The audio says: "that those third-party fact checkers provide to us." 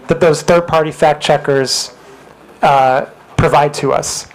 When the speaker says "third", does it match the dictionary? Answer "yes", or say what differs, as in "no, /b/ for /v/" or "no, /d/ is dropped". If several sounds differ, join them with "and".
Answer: yes